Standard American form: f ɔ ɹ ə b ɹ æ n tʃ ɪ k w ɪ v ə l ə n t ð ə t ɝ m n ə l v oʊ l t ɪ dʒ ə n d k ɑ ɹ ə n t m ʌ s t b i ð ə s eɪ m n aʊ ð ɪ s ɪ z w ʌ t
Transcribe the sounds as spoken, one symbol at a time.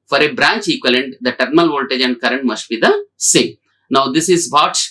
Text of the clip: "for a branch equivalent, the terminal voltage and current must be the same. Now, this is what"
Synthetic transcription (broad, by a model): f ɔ ɹ ə b ɹ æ n tʃ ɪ k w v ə l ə n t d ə t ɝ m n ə l v oʊ l t ɪ dʒ ə n d k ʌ ɹ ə n t m ʌ s t b i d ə s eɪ n aʊ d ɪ s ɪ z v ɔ t